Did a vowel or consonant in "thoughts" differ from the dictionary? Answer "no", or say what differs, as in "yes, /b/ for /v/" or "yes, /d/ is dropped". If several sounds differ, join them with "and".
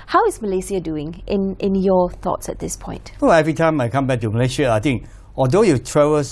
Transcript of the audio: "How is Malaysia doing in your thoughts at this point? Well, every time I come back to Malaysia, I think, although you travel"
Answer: no